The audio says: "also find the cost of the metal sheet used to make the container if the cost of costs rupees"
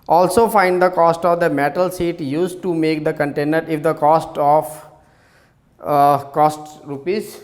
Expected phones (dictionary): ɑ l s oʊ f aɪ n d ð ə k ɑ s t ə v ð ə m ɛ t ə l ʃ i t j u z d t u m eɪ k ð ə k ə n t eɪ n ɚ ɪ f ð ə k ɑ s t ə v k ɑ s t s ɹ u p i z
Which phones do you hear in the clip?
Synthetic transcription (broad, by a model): ɑ l s oʊ f aɪ n d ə k ɑ s t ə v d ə m ɛ t ə l s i t j u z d t u m eɪ k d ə k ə n t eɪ n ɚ ɪ f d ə k ɑ s t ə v k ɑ s t ɹ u p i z